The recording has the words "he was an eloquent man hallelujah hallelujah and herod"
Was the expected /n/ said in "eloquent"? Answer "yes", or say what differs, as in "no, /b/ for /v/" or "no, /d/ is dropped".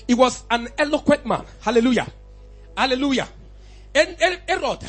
no, /n/ is dropped